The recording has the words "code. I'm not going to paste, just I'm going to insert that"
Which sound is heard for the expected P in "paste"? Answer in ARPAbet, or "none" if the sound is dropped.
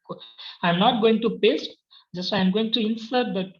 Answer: B